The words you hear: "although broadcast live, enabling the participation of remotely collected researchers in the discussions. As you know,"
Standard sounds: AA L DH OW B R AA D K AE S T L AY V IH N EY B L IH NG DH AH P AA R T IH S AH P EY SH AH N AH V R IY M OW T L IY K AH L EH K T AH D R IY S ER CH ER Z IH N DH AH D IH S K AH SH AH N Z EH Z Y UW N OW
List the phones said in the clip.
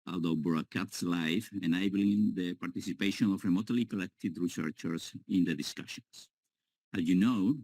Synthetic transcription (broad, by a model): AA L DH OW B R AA K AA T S L AY F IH N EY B L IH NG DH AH P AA R T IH S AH P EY SH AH N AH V R IY M OW T L IY K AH L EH K T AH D R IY S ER CH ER S IH N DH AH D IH S K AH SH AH N S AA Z Y UW N OW